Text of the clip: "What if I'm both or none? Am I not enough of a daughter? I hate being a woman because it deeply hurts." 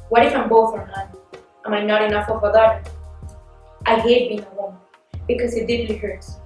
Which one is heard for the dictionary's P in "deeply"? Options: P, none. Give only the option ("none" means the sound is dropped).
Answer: none